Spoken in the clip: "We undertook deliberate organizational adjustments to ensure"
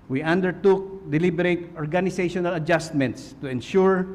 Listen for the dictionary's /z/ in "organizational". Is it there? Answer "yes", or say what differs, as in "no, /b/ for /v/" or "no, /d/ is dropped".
no, /s/ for /z/